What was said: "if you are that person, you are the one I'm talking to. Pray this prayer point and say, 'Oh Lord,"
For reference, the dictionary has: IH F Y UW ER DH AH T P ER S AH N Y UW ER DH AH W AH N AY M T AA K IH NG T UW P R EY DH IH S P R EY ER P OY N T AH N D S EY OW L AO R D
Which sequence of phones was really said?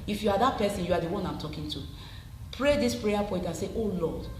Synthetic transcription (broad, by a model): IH F Y UW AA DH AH T P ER S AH N Y UW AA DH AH W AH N AY M T AA K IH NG T UW P R EY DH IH S P R EY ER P OY T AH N S EY OW L AO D